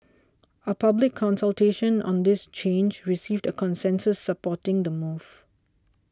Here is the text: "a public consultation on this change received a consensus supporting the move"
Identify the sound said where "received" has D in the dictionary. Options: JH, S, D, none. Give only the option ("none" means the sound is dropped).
D